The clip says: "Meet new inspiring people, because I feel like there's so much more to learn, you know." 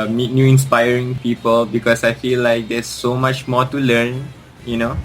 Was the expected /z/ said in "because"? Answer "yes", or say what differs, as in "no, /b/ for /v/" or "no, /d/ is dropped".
no, /s/ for /z/